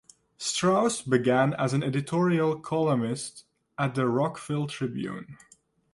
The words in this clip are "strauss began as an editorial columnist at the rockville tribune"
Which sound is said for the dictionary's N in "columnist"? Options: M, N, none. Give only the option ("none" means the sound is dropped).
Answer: none